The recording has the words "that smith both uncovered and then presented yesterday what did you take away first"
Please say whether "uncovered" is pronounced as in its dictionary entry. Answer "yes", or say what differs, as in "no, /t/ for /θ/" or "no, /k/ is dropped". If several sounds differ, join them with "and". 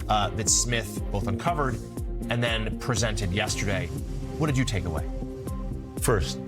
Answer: yes